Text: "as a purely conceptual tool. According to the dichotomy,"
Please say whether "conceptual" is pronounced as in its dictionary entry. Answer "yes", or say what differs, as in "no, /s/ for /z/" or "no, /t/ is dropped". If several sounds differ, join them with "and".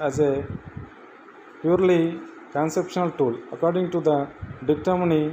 no, /ʃ/ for /tʃ/